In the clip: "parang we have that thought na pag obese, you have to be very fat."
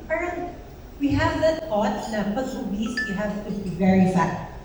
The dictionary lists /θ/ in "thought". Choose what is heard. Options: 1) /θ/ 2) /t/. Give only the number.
2